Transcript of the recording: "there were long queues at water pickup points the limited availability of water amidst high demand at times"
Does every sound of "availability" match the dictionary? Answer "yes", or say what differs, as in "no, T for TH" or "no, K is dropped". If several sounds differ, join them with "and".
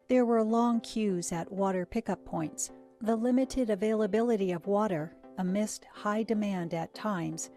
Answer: yes